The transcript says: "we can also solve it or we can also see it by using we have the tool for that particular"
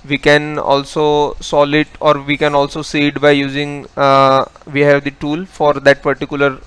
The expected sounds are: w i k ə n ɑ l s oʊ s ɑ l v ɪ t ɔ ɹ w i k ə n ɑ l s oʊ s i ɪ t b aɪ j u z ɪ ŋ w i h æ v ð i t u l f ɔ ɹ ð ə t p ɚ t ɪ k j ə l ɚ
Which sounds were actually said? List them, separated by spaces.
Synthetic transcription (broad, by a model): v i k ə n ɑ l s oʊ s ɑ l ɪ t ɔ ɹ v i k ə n ɑ l s oʊ s i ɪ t b aɪ j u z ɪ ŋ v i h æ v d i t u l f ɔ ɹ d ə t p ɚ t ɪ k j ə l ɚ